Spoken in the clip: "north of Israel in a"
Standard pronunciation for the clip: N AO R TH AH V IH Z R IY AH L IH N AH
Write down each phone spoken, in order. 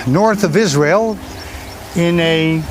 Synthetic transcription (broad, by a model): N AO R TH AH V IH Z R IY AH L IH N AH